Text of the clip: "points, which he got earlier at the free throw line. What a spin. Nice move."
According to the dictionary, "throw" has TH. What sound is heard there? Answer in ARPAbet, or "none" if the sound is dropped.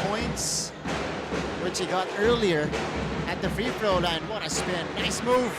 F